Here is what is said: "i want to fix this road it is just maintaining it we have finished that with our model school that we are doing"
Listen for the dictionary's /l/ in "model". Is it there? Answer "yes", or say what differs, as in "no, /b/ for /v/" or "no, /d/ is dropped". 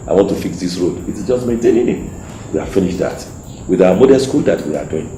no, /n/ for /l/